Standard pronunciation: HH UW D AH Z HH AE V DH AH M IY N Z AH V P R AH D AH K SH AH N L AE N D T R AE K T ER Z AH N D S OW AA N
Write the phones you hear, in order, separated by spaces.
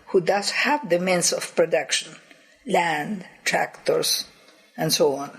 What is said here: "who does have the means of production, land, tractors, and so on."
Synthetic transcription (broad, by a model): HH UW D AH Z HH AE V DH AH M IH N S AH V P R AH D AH K SH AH N L AE N D T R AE K T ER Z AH N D S OW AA N